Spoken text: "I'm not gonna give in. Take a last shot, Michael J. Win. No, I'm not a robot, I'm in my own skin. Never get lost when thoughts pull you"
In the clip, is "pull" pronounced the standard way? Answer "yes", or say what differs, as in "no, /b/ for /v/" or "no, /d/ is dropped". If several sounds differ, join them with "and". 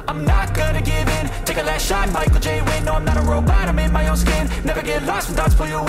no, /f/ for /p/